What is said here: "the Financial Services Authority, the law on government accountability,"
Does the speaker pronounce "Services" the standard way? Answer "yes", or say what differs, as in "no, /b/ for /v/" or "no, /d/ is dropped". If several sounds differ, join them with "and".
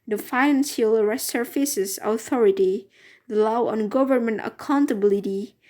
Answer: no, /f/ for /v/ and /s/ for /z/